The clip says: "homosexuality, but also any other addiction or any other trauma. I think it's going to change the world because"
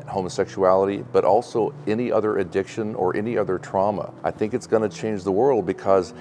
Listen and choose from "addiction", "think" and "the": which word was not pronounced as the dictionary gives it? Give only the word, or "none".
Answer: none